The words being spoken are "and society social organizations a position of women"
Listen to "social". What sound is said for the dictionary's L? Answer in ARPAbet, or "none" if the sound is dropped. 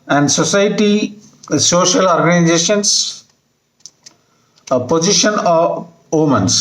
L